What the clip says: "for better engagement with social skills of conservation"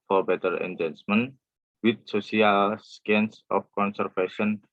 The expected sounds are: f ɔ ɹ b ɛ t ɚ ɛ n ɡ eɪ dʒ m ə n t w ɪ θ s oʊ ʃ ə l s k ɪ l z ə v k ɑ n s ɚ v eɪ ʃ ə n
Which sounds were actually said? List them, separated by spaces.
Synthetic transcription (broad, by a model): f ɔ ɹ b ɛ t ɚ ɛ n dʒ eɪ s m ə n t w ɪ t s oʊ s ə l s k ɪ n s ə f k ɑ n s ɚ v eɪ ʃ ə n